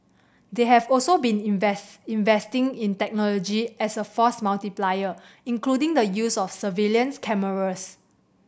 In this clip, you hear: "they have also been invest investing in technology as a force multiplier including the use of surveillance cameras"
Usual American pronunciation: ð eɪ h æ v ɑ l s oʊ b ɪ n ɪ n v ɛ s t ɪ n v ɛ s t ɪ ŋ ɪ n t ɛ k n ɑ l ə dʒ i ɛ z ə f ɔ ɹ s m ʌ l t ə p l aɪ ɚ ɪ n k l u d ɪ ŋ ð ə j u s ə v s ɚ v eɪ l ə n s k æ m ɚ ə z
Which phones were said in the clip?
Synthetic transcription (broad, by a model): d eɪ h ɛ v ɑ l s oʊ b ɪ n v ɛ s ɪ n v ɛ s t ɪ ŋ ɪ n t ɛ k n ɑ l ə dʒ i ɛ s ə f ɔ s m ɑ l t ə p l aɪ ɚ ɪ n k l u d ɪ ŋ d ə j u s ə f s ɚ v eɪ l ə n s k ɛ m ɚ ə s